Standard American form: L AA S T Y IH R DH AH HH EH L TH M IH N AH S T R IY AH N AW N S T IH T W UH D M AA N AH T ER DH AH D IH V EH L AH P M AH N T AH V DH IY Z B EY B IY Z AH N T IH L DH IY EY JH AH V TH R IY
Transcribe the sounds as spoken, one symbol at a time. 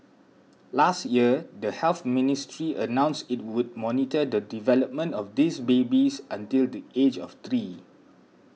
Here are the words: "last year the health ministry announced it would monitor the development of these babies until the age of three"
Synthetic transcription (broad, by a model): L AA S T Y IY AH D AH HH EH L TH M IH N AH S T R IY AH N AW N S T IH T W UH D M AA N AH T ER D AH D IH V EH L AH P M AH N T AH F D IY S B EY B IY S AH N T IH L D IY EY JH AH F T R IY